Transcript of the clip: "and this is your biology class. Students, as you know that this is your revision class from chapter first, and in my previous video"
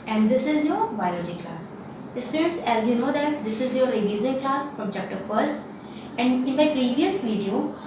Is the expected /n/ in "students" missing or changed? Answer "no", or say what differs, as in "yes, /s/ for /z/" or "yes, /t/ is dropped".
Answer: yes, /n/ is dropped